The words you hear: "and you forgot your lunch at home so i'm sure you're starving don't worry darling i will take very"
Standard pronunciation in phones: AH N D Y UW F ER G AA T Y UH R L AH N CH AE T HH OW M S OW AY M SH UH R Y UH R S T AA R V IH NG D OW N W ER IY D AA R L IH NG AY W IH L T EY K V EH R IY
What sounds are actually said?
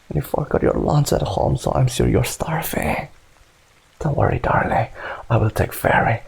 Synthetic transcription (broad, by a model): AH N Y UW F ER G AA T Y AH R L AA N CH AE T HH OW M S OW AY M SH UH R Y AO R S T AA R F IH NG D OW W ER IY D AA R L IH AY W IH L T EY K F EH R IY